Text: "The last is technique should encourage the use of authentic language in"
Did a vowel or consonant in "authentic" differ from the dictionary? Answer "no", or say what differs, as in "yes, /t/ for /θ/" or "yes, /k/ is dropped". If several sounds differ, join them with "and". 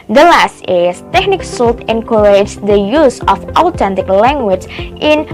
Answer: yes, /t/ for /θ/